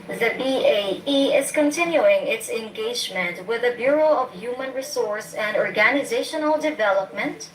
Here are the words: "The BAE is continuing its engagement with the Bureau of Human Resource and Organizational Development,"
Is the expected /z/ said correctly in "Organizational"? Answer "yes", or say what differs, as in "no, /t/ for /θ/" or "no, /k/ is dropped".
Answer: yes